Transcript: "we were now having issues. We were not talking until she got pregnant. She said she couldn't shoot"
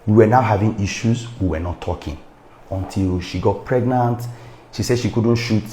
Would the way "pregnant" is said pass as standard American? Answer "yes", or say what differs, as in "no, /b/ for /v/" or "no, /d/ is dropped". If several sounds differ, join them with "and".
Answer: yes